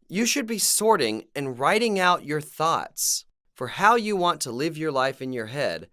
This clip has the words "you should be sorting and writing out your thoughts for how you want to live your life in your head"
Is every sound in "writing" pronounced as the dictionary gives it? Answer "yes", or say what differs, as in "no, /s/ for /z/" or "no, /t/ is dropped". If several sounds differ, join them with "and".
yes